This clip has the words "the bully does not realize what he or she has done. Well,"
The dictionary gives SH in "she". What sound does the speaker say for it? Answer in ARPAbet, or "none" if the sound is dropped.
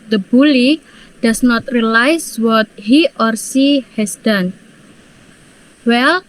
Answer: S